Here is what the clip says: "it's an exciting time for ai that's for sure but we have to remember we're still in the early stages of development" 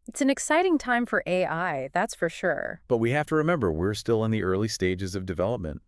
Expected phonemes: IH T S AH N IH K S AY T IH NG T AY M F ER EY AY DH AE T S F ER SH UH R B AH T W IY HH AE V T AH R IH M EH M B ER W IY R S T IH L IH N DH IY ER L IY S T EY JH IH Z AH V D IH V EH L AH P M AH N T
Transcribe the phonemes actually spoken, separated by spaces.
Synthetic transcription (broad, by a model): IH T S AH N IH K S AY T IH NG T AY M F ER EY AY DH AE T S F ER SH UH R B AH T W IY HH AE F T AH R IH M EH M B ER W IY R S T IH L IH N DH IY ER L IY S T EY JH IH Z AH V D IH V EH L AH P M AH N T